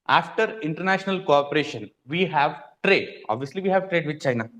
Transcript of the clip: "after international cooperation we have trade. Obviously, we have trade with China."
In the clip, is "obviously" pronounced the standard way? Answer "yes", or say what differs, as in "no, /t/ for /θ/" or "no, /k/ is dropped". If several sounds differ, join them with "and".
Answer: yes